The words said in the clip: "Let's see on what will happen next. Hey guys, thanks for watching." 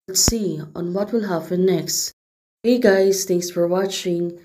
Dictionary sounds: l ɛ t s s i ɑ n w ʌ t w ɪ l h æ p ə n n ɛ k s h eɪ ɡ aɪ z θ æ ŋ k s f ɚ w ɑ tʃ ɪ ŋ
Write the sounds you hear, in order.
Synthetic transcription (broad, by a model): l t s s i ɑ n w ʌ t w ɪ l h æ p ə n n ɛ k s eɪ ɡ aɪ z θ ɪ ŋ s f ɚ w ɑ tʃ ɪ ŋ